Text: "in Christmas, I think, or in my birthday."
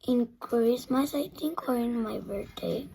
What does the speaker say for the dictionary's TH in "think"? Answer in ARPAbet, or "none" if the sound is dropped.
T